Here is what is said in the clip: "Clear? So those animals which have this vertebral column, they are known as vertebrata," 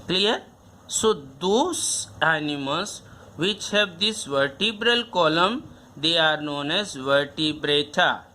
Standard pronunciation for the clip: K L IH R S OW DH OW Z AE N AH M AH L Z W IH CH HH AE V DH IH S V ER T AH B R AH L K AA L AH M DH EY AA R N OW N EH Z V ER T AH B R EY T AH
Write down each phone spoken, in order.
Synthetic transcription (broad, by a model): K L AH R S OW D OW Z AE N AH M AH L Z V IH CH HH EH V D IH S V ER T AH B R AH L K AA L AH M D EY AA R N OW N EH Z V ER T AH B R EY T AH